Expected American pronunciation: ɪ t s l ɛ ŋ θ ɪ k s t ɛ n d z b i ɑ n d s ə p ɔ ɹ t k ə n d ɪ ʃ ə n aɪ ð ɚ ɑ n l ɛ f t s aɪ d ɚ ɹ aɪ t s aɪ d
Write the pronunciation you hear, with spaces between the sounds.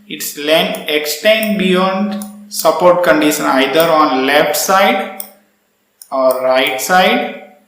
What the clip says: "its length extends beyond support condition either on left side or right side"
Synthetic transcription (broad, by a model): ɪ t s l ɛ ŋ t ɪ k s t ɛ n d b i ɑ n d s ə p ɔ ɹ t k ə n d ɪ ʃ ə n aɪ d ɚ ɑ n l ɛ f t s aɪ d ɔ ɹ aɪ t s aɪ d